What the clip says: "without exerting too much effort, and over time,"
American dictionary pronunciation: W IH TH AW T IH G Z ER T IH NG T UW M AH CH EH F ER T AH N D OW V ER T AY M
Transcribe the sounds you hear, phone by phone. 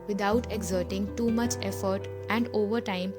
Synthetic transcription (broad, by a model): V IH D AW T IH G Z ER T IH NG T UW M AH CH EH F ER T AH N D OW V ER T AY M